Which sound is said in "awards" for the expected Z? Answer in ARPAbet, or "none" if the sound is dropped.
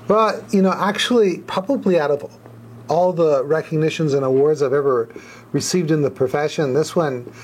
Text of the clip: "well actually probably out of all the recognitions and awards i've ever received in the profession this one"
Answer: Z